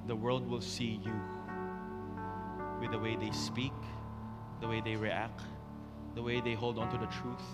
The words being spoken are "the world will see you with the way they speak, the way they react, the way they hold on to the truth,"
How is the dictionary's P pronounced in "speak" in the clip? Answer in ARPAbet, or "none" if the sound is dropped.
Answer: P